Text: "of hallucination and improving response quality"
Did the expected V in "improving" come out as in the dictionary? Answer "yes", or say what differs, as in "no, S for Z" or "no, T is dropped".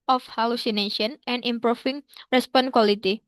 no, F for V